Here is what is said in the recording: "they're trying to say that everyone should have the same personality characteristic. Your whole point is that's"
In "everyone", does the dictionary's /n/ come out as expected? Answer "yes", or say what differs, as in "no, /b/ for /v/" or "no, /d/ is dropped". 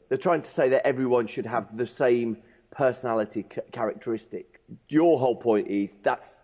yes